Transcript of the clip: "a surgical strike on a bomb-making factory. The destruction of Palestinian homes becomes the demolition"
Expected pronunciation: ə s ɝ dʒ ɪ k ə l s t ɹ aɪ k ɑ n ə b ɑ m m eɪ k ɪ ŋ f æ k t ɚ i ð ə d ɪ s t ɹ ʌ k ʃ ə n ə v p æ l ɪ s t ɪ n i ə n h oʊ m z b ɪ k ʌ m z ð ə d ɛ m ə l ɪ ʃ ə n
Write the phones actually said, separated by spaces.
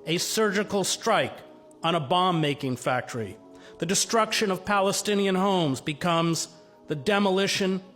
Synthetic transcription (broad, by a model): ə s ɝ dʒ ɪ k l s t ɹ aɪ k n ə b ɑ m m eɪ k ɪ ŋ f æ k t ɚ i ð ə d ɪ s t ɹ ʌ k ʃ ə n ə v p æ l ɪ s t ɪ n i ə n h oʊ m z b ɪ k ʌ m z ð ə d ɛ m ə l ɪ ʃ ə n